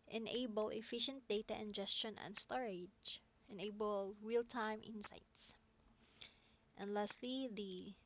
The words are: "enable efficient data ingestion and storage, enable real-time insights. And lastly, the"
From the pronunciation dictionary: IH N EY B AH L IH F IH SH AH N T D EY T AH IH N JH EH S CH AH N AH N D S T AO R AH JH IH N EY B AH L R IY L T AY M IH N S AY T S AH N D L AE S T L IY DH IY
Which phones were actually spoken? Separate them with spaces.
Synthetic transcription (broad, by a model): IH N EY B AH L IH F IH SH AH N T D EY T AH IH N JH EH S CH AH N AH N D S T AO R AH JH IH N EY B AH L R IY L T AY M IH N S AY T S AH N D L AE S T L IY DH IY